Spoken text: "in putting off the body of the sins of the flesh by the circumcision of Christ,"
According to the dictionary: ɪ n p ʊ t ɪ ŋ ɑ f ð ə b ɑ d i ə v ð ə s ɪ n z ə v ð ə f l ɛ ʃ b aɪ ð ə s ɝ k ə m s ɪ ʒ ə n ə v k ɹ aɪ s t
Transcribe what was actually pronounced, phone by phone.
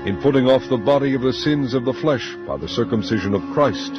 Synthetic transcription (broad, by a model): ɪ n p ʊ t ɪ ŋ ɑ f ð ə b ɑ d i ə v ð ə s ɪ n z ə v ð ə f l ɛ ʃ b aɪ ð ə s ɝ k ə m s ɪ ʒ ə n ə v k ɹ aɪ s t